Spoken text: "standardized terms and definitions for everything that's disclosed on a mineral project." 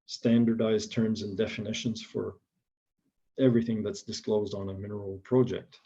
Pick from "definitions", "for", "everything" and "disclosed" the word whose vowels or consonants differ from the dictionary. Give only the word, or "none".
none